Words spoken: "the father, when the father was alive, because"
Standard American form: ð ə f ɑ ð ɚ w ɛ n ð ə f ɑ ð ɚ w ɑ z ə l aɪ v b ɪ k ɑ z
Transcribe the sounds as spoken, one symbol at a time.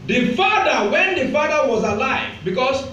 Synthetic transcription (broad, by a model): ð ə f ɑ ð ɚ w ɛ n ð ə f ɑ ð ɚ w ɑ z ə l aɪ v b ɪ k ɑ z